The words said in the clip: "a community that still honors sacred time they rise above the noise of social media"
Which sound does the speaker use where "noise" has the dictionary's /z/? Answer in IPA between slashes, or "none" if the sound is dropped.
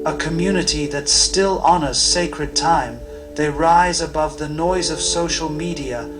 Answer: /z/